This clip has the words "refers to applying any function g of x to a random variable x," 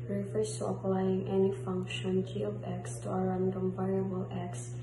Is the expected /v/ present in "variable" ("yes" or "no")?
no